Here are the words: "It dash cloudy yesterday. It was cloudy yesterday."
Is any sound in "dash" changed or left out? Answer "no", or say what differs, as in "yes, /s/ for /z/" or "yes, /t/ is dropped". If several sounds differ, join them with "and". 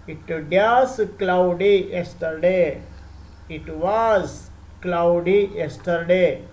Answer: yes, /s/ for /ʃ/